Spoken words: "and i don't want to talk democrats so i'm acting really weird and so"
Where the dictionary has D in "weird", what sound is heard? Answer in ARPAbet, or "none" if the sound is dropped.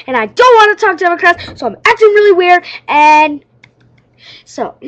none